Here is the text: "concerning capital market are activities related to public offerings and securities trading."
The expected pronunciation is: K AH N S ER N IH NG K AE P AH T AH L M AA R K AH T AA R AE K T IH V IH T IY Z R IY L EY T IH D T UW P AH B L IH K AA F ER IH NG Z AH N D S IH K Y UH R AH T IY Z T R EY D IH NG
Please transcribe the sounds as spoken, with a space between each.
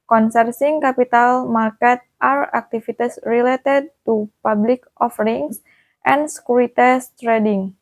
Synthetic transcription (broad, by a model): K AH N S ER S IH NG K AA P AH T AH L M AA R K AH T AA R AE K T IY F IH T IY S R IY L EY T IH D T UW P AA B L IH K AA F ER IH NG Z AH N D S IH K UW R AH T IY S T R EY D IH NG